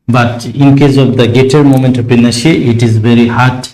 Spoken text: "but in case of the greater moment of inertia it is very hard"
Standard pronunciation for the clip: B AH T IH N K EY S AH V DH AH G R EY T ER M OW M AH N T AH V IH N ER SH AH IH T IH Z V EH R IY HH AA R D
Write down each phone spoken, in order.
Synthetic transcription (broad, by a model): B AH T IH N K EY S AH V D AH G EY T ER M OW M AH N T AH P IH N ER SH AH IH T IH Z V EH R IY HH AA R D